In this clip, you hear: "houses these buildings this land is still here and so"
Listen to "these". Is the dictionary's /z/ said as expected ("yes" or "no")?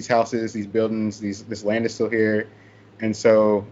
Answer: yes